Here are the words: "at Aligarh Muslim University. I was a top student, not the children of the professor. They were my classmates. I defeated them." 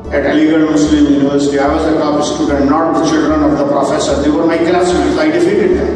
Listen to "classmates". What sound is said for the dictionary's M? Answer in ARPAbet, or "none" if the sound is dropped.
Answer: none